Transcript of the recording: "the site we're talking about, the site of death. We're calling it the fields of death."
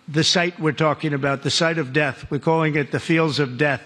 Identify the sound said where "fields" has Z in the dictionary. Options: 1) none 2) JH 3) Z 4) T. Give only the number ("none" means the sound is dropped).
3